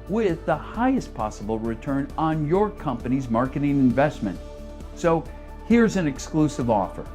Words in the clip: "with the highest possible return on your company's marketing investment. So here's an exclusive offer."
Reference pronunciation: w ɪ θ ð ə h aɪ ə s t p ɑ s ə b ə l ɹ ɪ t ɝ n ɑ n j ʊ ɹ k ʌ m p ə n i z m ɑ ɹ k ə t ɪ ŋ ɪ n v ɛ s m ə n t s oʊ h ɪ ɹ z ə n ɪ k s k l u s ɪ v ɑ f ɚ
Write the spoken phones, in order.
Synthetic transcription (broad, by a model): w ɪ ð ə h aɪ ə s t p ɑ s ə b l ɹ ɪ t ɝ n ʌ n j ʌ ɹ k ʌ m p ə n i z m ɑ ɹ k ə t ɪ ŋ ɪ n v ɛ s m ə n t s oʊ h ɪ ɹ z ə n ɪ k s k l u s ɪ v ɑ f ɚ